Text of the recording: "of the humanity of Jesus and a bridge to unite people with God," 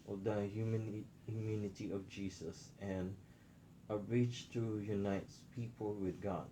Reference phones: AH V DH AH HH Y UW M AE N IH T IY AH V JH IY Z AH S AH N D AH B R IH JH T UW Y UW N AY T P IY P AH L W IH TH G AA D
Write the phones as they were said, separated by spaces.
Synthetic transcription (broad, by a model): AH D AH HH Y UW M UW N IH T IY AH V JH IY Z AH S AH N AH B R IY CH T UW Y UW N AY T P IY P AH L W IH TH G AA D